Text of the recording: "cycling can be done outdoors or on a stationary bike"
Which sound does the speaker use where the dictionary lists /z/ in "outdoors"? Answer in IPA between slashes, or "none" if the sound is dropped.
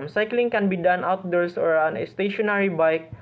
/s/